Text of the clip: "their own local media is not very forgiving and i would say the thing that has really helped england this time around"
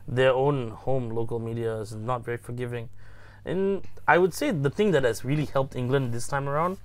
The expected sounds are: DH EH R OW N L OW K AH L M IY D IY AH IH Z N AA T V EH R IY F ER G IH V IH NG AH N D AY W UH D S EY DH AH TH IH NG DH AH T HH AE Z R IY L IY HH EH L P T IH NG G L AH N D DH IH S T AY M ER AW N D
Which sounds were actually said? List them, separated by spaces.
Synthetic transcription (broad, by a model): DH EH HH OW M L OW K AH L M IY D IY AH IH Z N AA T V EH R IY F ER G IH V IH NG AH N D AY W UH D S EY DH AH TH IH NG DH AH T HH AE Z R IY L IY HH EH L P T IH NG G L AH N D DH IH S T AY M ER AW N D